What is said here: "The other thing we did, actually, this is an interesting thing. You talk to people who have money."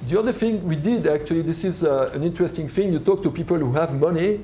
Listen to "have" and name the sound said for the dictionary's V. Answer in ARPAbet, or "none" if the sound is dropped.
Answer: V